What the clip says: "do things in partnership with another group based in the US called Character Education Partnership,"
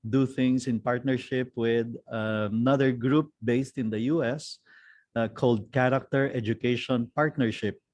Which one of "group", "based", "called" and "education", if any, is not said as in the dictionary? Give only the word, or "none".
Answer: none